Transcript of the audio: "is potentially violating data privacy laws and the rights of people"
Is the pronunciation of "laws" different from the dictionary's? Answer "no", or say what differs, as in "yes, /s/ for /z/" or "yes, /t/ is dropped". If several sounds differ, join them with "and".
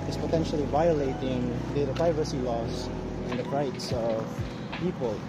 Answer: yes, /s/ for /z/